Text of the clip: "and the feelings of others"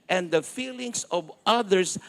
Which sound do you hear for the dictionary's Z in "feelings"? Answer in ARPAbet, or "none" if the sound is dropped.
S